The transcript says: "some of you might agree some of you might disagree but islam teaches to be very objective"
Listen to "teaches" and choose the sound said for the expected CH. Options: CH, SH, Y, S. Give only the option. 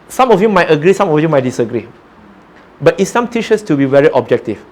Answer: SH